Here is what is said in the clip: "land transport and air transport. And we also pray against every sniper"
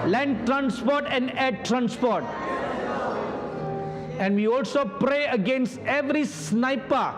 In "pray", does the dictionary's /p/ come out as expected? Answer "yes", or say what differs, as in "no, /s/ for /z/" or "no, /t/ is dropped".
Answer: yes